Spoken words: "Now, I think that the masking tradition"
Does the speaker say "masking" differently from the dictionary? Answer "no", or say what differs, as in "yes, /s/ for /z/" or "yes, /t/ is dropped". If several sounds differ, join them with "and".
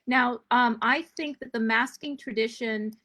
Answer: no